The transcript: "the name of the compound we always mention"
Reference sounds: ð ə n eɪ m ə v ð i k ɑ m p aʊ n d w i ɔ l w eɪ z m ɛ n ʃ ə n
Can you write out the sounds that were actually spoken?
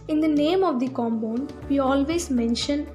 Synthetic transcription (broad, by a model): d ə n eɪ m ə v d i k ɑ m b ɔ n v i ɔ l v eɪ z m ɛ n ʃ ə n